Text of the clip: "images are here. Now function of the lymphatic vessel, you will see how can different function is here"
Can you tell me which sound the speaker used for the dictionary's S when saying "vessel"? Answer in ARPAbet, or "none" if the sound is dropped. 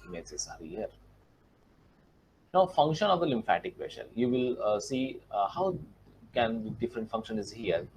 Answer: SH